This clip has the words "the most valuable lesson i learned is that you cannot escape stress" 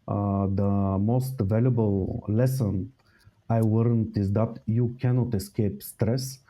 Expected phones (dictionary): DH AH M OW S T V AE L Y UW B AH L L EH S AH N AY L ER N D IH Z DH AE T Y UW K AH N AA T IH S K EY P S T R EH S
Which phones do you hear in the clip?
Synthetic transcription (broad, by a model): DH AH M OW S T V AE L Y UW B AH L L EH S AH N AY W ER N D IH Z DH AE T Y UW K AH N AA T IH S K EY P S T R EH S